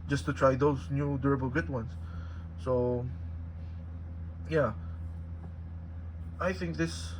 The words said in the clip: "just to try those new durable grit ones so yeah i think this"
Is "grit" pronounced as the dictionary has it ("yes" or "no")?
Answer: no